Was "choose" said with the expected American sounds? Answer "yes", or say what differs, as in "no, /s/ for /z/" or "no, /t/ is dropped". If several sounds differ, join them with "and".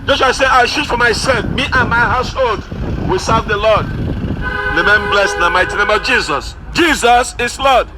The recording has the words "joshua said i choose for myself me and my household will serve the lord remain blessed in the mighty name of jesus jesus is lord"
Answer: no, /ʃ/ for /tʃ/